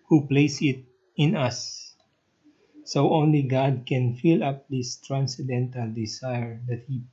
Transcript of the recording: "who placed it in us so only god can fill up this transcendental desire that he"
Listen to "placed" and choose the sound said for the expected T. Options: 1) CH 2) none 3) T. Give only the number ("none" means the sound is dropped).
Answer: 2